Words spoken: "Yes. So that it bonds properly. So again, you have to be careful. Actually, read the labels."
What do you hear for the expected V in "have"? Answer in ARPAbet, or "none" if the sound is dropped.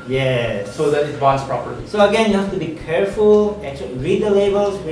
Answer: F